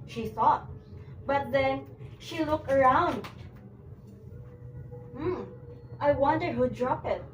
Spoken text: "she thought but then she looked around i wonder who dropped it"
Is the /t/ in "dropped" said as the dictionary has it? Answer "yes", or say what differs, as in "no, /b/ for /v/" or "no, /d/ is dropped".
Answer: no, /t/ is dropped